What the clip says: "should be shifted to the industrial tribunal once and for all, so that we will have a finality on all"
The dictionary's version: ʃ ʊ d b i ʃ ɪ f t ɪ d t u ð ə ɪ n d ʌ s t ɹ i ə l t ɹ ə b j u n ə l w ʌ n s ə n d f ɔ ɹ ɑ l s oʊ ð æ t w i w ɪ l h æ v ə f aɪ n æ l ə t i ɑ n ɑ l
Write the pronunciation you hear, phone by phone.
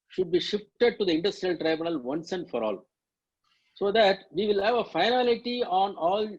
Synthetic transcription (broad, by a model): ʃ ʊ d b i ʃ ɪ f t ɪ d t u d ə ɪ n d ʌ s t ɹ i ə l t ɹ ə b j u n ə l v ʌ n s ə n d f ɔ ɹ ɑ l s oʊ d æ t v i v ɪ l h æ v ə f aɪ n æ l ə t i ɑ n ɑ l